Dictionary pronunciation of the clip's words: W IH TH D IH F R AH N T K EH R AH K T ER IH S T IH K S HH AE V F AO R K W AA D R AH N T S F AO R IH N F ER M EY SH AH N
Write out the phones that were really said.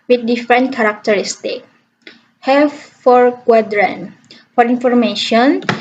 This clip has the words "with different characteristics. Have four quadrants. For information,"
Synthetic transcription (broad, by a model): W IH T D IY F R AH N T K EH R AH K T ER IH S T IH K HH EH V F AO R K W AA D R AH N F AO R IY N F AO M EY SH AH N